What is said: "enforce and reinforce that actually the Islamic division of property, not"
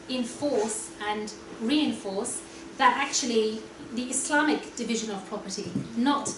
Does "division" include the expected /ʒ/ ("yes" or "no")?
yes